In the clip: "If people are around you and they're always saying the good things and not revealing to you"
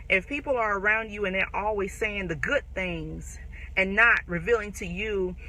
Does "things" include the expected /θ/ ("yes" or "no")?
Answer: yes